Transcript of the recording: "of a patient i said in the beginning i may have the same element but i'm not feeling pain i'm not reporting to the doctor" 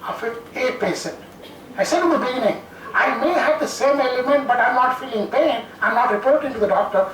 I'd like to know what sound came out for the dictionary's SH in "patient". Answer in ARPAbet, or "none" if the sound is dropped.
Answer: S